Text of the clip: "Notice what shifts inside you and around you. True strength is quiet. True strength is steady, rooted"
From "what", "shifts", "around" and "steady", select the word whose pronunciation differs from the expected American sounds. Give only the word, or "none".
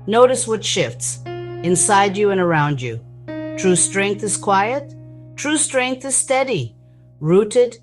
none